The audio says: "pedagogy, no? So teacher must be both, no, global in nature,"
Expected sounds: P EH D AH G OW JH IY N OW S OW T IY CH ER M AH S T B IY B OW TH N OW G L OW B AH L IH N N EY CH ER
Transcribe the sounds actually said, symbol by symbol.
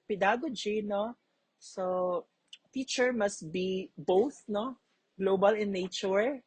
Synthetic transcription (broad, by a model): P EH D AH G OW JH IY N OW S OW T IY CH ER M AH S T B IY B OW TH N OW G L OW B AH L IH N N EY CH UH